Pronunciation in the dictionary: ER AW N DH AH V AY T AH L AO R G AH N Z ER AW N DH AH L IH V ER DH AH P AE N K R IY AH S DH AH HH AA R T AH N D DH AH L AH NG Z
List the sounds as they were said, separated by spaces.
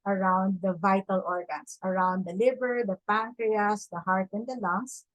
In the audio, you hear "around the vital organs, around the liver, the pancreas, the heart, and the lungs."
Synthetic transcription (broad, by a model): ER AW N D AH V AY T AH L AO R G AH N S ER AW N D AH L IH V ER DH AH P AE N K R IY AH S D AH HH AA R T AH N D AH L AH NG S